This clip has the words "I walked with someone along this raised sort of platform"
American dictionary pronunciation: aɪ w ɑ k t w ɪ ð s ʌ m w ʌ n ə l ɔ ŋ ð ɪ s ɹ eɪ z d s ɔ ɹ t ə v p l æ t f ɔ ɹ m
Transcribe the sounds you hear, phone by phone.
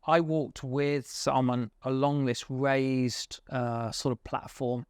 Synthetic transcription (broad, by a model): aɪ w ɑ k t w ɪ ð s ʌ m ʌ n ə l ɔ ŋ ð ɪ s ɹ eɪ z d s ɔ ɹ t ə v p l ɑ t f ɔ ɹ m